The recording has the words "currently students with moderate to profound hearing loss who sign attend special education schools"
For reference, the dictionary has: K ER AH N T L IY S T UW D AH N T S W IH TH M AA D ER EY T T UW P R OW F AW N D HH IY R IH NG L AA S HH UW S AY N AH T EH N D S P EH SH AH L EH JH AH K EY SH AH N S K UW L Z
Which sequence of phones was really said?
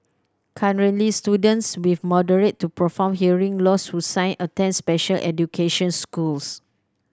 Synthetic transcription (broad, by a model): K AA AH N L IY S T UW D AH N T S W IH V M AA D ER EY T T UW P R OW F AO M HH IY R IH NG L AA S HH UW S AY N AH T EH N S P EH SH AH L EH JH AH K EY SH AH N S K UW L S